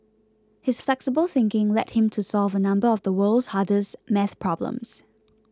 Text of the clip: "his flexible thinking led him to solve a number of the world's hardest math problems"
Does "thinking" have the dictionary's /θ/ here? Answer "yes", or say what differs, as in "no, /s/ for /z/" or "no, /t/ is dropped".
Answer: yes